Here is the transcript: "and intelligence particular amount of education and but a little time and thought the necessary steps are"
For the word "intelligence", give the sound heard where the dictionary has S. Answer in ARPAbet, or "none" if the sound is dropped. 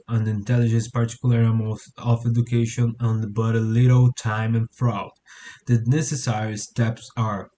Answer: S